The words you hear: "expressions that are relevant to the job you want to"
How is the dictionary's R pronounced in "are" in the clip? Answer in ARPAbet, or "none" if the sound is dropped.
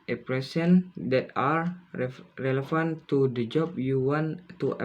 R